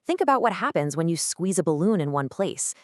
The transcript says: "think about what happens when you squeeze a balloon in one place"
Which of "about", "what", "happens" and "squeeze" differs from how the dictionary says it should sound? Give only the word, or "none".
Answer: none